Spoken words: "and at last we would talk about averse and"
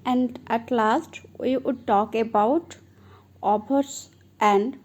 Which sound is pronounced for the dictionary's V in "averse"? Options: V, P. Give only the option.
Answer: P